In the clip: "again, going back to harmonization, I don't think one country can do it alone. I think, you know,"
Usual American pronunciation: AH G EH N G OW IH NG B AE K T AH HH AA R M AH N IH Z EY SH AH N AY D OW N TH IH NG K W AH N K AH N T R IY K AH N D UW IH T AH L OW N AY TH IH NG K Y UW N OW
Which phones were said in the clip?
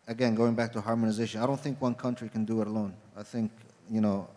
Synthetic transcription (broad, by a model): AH G EH N G OW IH NG B AE K T AH HH AA R M AH N IH Z EY SH AH N AY D OW N TH IH NG K W AH N K AH N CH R IY K AH N D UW IH T AH L OW N AY TH IH NG K Y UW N OW